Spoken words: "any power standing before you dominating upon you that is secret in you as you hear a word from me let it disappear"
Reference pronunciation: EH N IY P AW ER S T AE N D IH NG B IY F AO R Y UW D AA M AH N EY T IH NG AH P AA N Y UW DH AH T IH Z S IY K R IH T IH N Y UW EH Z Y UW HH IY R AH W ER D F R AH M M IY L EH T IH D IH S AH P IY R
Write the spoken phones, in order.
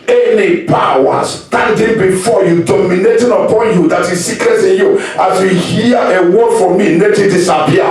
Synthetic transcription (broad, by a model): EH N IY P AW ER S T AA N D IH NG B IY F AO Y UW D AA M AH N EY T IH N AH P AA N Y UW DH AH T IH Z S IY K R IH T IH N Y UW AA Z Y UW HH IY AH AH W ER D F R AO M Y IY N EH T IH D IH S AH P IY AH